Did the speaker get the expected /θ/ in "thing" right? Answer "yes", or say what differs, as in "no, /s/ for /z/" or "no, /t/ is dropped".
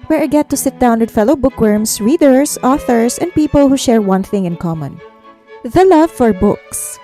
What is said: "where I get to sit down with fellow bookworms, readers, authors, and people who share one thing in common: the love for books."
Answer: yes